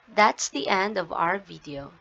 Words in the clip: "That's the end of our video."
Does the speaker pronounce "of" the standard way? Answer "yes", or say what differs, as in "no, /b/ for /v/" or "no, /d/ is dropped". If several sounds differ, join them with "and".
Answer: yes